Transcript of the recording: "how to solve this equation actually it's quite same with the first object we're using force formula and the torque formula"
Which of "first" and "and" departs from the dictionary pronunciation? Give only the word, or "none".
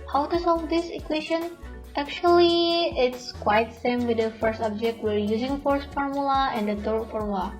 none